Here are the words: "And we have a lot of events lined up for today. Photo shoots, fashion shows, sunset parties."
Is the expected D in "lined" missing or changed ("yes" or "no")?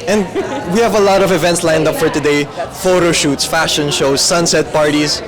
no